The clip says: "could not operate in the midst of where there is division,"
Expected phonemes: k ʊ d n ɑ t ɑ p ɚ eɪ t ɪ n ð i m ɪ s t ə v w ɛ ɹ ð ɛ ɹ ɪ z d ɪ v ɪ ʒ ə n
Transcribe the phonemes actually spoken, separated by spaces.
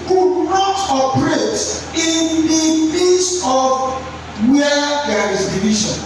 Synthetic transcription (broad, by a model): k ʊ d n ɑ t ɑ p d eɪ t ɪ n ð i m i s ə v w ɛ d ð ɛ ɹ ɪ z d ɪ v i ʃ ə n